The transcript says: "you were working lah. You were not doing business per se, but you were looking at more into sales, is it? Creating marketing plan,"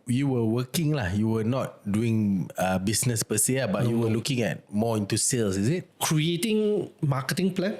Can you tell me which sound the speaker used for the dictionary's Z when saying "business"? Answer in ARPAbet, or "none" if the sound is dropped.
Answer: S